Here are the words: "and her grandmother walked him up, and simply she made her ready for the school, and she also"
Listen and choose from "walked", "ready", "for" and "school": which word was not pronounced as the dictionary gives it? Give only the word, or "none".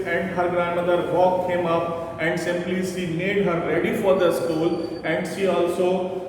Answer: walked